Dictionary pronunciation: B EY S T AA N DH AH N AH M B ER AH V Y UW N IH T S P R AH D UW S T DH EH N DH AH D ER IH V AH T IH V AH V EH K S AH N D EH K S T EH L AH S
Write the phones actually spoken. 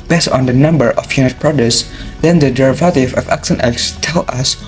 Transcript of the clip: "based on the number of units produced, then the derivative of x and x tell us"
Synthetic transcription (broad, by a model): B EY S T AA N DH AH N AH M B ER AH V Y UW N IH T P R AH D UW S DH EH N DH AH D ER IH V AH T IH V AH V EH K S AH N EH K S T EH L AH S